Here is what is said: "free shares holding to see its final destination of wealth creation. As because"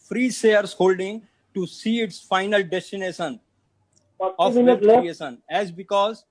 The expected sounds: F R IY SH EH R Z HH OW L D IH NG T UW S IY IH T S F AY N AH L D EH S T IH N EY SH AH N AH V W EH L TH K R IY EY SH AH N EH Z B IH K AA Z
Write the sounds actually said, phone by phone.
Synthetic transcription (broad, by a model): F R IY S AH R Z HH OW L D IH NG T UW S IY IH T S F AY N AH L D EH S T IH N EY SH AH N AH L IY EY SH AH N EH Z B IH K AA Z